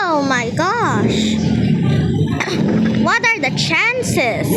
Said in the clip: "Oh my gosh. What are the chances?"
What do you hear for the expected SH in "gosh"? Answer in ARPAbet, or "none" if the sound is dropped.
SH